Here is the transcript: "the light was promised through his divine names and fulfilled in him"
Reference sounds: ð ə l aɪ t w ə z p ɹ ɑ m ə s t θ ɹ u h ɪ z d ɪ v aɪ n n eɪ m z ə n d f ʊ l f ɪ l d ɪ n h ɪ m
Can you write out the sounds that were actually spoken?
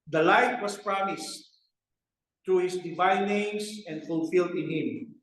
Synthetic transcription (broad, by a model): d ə l aɪ t w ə s p ɹ ɑ m ə s t ɹ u h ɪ s d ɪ v aɪ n n eɪ m s ə n d f ʊ l f ɪ l d ɪ n h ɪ m